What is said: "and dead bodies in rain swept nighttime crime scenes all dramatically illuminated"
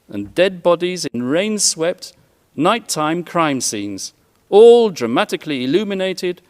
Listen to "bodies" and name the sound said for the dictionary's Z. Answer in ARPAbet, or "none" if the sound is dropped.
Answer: Z